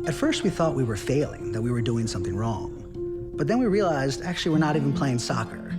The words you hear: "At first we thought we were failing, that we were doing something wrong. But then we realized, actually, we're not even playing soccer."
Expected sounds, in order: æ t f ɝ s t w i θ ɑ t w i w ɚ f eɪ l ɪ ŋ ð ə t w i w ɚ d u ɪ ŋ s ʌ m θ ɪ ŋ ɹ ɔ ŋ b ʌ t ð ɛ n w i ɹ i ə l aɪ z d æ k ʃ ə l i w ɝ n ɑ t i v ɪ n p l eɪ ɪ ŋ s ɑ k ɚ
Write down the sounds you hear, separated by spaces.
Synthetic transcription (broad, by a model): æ t f ɝ s t w i θ ɑ t w i w ɚ f eɪ l ɪ ŋ ð ə t w i w ɚ d u ɪ ŋ s ʌ m θ ɪ ŋ ɹ ɔ ŋ b ʌ t ð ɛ n w i ɹ i ə l aɪ z d æ k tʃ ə l i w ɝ n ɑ t i v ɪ n p l eɪ ɪ ŋ s ɑ k ɚ